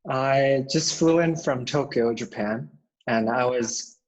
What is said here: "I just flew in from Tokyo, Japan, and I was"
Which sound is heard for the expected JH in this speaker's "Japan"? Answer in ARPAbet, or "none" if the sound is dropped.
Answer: JH